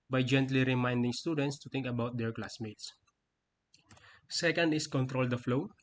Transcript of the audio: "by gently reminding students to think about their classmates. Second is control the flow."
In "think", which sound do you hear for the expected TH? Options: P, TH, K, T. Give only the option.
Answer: T